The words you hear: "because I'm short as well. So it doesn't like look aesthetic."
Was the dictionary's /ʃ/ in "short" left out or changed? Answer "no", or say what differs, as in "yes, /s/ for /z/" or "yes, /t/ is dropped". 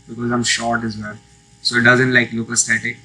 no